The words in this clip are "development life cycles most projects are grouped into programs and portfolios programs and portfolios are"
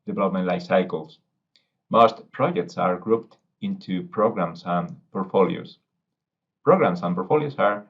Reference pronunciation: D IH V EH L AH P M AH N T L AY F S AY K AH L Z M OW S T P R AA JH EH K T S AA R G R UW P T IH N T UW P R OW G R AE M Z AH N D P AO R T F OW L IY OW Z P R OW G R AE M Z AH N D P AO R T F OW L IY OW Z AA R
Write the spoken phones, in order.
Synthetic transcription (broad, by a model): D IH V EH L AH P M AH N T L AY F S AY K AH L S M OW S T P R AA JH EH K T S AA R G R UW P T IH N T UW P R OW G R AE M S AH N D P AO R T F OW L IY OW S P R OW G R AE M S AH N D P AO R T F OW L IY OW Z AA R